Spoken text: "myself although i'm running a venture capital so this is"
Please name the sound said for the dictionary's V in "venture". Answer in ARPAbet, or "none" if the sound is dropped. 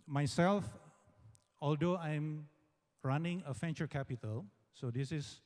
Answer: F